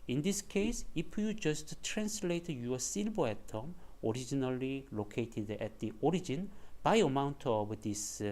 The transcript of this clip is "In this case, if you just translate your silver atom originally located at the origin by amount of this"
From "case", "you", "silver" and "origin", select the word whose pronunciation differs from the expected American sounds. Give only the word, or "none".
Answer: silver